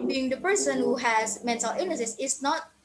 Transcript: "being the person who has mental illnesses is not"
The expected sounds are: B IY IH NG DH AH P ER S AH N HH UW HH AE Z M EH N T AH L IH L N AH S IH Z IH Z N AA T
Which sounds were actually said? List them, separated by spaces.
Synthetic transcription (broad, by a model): B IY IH NG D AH P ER S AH N HH UW HH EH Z M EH N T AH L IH N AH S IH S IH S N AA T